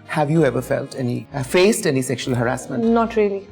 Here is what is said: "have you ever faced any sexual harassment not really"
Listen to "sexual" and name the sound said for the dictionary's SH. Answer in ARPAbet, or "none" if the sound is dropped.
SH